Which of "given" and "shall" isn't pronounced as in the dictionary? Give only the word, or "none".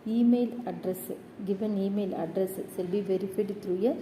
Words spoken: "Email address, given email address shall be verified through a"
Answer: shall